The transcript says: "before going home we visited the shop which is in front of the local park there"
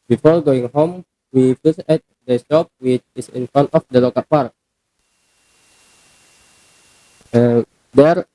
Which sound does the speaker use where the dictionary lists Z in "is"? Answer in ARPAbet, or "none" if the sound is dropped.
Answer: S